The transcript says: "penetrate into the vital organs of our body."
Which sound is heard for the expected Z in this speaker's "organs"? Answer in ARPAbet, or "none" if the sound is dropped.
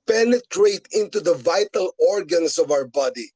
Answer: S